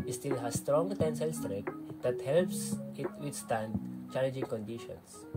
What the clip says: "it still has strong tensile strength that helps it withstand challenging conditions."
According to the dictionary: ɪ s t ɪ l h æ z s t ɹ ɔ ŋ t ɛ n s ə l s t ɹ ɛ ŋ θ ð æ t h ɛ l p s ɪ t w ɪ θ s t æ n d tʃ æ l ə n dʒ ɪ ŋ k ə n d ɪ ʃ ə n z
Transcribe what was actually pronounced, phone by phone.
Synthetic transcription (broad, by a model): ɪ s t ɪ l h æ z s t ɹ ɔ ŋ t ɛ n s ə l s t ɹ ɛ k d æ t h ɛ l p s ɪ t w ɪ t s t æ n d tʃ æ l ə n dʒ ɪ ŋ k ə n d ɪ ʃ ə n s